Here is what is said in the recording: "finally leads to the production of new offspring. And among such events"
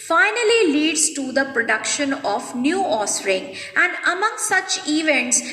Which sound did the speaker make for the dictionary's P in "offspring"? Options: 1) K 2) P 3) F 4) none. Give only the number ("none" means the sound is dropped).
4